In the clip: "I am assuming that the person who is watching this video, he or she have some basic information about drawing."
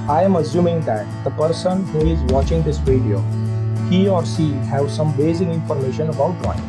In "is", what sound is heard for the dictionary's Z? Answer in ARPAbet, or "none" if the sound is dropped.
Z